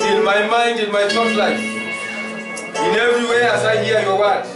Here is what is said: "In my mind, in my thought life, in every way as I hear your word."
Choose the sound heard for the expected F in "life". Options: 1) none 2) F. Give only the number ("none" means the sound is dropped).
1